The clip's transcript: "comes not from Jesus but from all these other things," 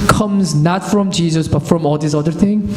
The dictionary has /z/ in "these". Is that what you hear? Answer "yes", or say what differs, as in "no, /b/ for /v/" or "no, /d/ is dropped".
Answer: no, /s/ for /z/